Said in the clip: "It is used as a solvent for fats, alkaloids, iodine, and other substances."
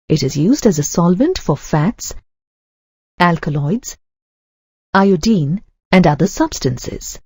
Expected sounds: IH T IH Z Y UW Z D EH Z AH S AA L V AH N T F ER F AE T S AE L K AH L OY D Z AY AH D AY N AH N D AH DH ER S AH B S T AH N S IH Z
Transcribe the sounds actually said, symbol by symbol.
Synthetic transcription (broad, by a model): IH T IH Z Y UW Z D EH Z AH S AA L V AH N T F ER F AE T S AE L K AH L OY D Z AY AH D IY N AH N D AH DH ER S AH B S T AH N S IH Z